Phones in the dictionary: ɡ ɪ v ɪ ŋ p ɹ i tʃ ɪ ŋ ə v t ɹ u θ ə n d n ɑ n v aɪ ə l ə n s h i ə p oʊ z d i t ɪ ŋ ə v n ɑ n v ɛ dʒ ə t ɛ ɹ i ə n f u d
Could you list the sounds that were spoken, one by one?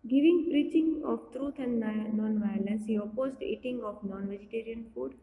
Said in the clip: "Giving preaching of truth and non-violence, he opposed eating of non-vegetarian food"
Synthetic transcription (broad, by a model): ɡ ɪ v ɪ ŋ p ɹ i tʃ ɪ ŋ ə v t ɹ u t ə n d n ɑ n v aɪ ə l ə n s h i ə p oʊ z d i t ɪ ŋ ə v n ɑ n v ɛ dʒ ə t ɛ ɹ i ə n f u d